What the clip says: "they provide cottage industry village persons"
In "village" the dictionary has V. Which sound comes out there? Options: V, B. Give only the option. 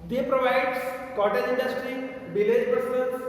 B